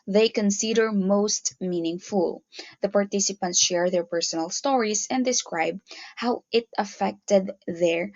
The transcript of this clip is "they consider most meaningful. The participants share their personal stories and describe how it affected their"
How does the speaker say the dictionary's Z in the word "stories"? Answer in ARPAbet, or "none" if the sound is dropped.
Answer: S